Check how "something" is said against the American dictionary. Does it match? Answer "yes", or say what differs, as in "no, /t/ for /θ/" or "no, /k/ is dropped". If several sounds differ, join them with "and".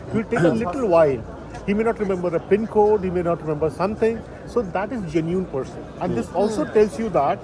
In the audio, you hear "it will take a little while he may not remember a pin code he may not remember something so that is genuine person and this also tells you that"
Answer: no, /t/ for /θ/